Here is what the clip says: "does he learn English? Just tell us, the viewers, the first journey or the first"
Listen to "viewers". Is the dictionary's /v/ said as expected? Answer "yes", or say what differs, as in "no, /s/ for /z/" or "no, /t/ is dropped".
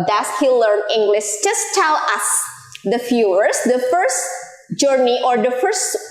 no, /f/ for /v/